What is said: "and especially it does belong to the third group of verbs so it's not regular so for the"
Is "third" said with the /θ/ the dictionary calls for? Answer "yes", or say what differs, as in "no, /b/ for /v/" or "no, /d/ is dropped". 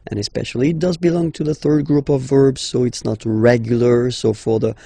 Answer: yes